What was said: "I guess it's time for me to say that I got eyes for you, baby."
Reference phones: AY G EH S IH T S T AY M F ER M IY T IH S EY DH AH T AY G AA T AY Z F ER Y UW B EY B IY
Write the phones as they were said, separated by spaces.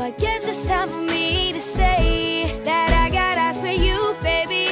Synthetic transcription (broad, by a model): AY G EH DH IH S T AY M F ER M IY T IH S EY DH AH T AY G AA T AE S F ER Y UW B EY B IY